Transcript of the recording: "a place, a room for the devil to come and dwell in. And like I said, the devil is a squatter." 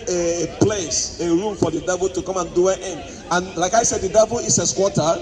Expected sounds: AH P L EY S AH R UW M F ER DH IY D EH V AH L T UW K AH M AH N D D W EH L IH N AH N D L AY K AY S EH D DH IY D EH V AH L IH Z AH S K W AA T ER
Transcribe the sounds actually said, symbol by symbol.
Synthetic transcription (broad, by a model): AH P L EY S AH R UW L F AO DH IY D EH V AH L T UW K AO M AH N D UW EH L IH N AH N L AY K AY S EH D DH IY D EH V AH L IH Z AH S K W AA T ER